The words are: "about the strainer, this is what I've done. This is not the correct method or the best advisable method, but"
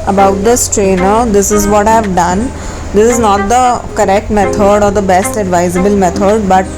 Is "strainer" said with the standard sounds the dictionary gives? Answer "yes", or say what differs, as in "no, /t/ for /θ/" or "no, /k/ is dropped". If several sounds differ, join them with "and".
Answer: yes